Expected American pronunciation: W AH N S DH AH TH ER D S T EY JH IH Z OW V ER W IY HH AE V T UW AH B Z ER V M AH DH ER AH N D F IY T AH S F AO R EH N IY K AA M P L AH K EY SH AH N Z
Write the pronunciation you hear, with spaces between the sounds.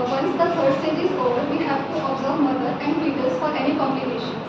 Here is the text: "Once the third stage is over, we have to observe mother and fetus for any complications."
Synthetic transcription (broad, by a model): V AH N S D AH F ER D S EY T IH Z OW V ER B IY HH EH P T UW AH B Z ER V M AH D ER AH N D P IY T AH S F AO R EH N IY K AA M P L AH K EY SH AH N